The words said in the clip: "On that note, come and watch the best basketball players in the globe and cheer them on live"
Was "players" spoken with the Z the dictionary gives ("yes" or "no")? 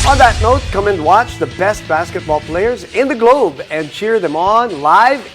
yes